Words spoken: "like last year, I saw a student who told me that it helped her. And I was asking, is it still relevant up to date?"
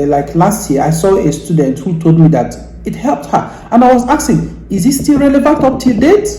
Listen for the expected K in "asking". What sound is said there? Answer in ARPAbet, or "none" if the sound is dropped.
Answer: none